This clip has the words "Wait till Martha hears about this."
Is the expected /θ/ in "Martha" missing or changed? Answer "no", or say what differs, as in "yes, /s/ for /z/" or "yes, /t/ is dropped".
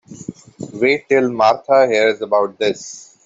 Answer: yes, /t/ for /θ/